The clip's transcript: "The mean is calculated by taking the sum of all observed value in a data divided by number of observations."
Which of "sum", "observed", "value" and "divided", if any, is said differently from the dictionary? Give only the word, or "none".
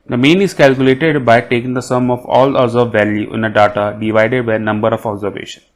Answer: observed